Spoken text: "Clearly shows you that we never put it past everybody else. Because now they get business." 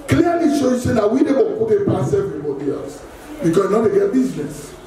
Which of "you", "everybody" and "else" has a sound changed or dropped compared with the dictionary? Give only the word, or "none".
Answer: none